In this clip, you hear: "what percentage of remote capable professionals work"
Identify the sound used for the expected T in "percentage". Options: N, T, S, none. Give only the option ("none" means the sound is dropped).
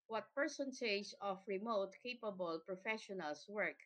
S